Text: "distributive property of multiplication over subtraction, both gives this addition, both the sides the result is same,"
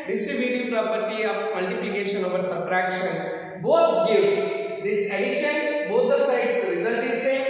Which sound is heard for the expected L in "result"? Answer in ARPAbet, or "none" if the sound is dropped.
N